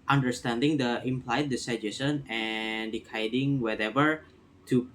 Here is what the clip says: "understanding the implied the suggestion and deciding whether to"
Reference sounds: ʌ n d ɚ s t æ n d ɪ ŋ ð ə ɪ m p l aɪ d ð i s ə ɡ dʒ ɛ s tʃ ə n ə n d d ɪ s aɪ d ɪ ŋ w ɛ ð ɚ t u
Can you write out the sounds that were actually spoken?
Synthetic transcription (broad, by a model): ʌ n d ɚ s t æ n d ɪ ŋ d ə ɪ m p l aɪ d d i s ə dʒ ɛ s ə n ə n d d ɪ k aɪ d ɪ ŋ w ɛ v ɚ t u